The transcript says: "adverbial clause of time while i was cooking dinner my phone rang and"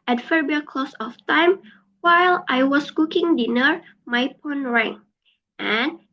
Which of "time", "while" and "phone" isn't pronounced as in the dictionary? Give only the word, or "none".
phone